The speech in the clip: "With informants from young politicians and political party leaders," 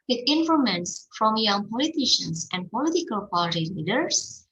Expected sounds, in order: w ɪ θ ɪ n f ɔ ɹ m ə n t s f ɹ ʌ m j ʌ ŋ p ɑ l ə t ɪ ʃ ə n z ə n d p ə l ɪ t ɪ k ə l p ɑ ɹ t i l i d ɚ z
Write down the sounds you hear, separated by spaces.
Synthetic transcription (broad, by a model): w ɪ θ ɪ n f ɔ m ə n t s f ɹ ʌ m j ʌ ŋ p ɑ l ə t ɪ ʃ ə n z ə n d p ə l ɪ t ɪ k ə l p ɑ l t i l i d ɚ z